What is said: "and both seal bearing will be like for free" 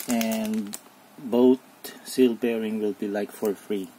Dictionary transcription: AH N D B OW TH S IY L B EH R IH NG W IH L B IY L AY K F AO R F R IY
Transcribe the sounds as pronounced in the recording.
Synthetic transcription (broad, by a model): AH N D B OW T S IY L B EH R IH NG W IH L B IY L AY K F AO R F R IY